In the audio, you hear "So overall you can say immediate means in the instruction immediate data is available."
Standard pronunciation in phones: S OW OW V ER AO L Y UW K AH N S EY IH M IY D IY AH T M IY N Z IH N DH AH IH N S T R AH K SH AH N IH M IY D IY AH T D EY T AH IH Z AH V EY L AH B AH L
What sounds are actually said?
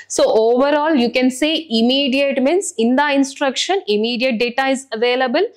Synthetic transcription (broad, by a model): S OW OW V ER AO L Y UW K AH N S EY IH M IY D IY AH T M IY N S IH N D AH IH N S T R AH K SH AH N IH M IY D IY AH T D EY T AH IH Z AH V EY L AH B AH L